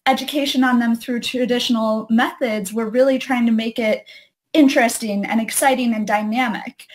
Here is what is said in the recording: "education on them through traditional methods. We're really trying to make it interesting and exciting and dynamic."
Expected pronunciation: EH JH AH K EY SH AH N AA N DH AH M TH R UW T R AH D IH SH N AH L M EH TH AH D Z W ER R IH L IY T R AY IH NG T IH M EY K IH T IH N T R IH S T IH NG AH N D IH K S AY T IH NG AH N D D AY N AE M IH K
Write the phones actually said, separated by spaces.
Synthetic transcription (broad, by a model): EH JH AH K EY SH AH N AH N DH AH M TH R UW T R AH D IH SH N L M EH TH AH D Z W ER R IH L IY T R AY IH NG T IH M EY K IH T IH N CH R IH S T IH NG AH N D IH K S AY T IH NG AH N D D AY N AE M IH K